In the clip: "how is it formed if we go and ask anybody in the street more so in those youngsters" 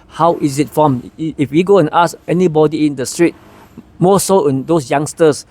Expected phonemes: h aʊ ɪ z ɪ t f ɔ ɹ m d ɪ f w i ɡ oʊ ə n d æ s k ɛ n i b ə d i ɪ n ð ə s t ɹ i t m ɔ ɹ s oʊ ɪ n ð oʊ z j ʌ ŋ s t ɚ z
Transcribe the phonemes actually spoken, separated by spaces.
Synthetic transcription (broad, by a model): h aʊ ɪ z ɪ t f ɔ m ɪ f w i ɡ oʊ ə n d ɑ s ɛ n i b ə d i ɪ n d ə s t ɹ i t m ɔ s oʊ ɪ n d oʊ s j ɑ ŋ s t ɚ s